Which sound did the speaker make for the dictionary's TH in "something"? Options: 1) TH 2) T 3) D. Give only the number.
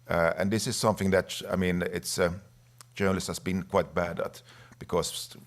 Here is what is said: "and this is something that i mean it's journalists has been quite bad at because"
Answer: 1